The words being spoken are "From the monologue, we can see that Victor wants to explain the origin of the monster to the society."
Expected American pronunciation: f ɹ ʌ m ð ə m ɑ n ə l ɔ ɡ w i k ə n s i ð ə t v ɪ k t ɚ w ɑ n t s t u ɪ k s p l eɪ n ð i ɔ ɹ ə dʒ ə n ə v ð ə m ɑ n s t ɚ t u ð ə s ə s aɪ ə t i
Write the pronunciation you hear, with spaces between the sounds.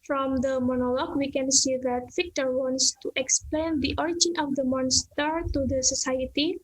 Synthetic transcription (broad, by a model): f ɹ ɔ m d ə m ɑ n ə l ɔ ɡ w i k ə n s i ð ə t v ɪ k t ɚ w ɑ n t s t u ɪ k s p l eɪ n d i ɔ ɹ ə dʒ ə n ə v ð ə m ɑ n s t ɚ t u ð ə s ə s aɪ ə t i